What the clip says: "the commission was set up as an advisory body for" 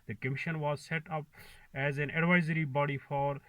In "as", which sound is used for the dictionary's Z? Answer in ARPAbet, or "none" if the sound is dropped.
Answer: Z